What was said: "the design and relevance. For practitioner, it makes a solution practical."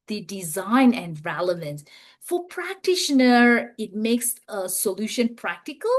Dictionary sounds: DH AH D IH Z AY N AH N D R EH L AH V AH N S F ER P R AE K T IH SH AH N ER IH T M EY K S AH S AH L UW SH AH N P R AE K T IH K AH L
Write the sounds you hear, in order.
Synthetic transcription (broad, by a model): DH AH D IH Z AY N AH N D R EH L AH V AH N S F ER P R AE K T IH SH AH N ER IH T M EY K S AH S AH L UW SH AH N P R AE K T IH K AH L